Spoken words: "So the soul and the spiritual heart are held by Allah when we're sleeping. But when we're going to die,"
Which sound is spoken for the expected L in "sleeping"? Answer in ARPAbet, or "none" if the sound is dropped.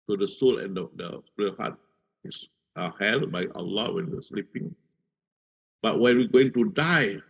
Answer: L